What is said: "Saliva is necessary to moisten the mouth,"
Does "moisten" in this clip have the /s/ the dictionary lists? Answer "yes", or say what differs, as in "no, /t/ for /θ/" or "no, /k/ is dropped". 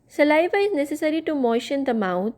no, /ʃ/ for /s/